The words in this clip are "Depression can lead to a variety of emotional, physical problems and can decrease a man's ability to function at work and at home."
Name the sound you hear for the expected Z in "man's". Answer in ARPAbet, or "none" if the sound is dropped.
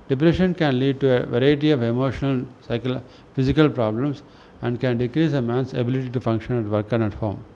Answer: S